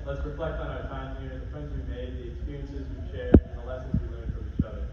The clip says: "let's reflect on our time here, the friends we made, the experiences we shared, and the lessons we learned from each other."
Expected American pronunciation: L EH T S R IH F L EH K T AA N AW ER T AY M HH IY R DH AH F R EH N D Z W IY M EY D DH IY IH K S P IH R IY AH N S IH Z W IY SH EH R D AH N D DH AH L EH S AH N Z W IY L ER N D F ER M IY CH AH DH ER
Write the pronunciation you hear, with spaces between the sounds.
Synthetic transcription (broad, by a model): L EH T S R IH F L EH K T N AW ER T AY M HH IY R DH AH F R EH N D Z W IY M EY D DH IY IH K S P IH R IY AH N S IH Z W IY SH EH R AH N DH AH L EH S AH N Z W IY L ER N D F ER IY CH AH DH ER